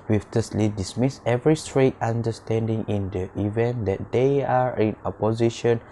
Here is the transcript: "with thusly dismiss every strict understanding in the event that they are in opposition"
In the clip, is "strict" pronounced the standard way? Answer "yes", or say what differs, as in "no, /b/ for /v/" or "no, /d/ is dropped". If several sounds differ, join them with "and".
no, /k/ is dropped